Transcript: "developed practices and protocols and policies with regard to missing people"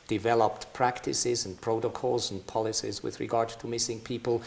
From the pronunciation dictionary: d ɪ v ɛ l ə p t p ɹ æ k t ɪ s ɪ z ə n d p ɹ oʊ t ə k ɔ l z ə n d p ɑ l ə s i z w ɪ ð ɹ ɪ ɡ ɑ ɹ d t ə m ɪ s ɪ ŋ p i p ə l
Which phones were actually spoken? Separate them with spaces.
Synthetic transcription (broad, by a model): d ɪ v ɛ l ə p t p ɹ æ k t ɪ s ɪ z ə n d p ɹ oʊ t ə k ɔ l z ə n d p ɑ l ə s i z w ɪ ð ɹ ɪ ɡ ɑ ɹ d t ə m ɪ s ɪ ŋ p i p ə l